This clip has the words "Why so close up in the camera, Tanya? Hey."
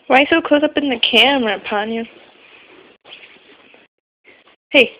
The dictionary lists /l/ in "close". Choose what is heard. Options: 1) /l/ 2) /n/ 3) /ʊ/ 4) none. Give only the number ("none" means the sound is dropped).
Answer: 4